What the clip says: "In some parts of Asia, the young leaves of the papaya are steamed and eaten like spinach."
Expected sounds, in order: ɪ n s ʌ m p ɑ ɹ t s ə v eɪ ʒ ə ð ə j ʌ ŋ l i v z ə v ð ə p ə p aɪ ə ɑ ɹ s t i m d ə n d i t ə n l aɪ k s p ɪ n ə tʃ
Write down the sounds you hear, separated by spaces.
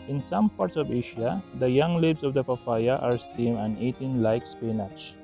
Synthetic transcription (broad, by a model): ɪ n s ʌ m p ɑ ɹ t s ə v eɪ ʃ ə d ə j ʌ ŋ l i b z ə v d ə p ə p aɪ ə ɑ ɹ s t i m ə n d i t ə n l aɪ k s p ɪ n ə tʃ